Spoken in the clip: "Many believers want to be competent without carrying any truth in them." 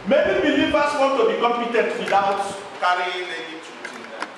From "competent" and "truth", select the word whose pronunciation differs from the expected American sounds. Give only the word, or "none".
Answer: truth